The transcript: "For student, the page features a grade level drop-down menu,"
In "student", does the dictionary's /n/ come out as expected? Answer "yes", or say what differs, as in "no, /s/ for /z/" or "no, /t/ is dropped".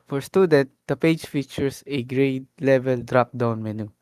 no, /n/ is dropped